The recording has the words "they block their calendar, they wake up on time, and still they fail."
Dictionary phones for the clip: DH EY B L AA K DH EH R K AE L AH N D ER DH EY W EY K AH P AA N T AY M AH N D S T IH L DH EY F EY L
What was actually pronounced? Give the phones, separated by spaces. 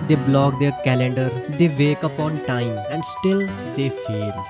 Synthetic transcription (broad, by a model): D EY B L AA K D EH R K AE L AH N D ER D EY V EY K AH P AA N T AY M AH N D S T IH L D EY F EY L